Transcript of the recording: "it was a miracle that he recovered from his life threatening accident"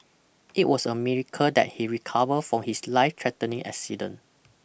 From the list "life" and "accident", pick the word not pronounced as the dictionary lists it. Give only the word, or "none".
accident